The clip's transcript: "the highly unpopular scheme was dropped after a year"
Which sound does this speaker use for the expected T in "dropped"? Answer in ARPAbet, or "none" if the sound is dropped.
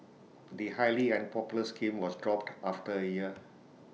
T